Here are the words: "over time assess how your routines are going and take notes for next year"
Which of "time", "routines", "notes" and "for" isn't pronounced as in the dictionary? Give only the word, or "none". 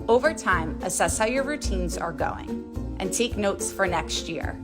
none